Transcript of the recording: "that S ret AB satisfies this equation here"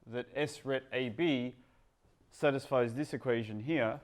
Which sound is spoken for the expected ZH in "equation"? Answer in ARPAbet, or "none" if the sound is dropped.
ZH